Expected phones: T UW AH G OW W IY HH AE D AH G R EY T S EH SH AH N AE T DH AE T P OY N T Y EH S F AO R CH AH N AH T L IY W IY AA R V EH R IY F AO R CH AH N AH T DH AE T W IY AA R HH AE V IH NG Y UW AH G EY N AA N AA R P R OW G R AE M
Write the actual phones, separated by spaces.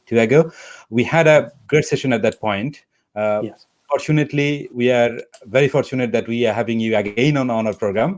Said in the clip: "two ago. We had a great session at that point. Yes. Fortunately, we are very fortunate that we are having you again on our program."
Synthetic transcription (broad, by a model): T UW AH G OW W IY HH AE D AH G R EY T S EH SH AH N AE T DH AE T P OY N T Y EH F AO R CH AH N AH T L IY W IY AA R V EH R IY F AO R CH AH N AH T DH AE T W IY AA R HH AE V IH NG Y UW AH G EY N AA N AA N P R OW G R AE M